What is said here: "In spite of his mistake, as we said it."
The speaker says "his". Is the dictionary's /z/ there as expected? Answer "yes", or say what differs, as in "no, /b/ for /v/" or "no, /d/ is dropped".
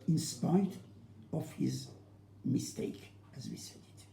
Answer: yes